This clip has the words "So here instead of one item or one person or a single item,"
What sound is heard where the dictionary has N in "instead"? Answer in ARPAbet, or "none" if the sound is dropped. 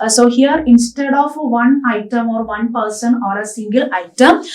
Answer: N